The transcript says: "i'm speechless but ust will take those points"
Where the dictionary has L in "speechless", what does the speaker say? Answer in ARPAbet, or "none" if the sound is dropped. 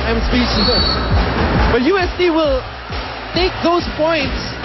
none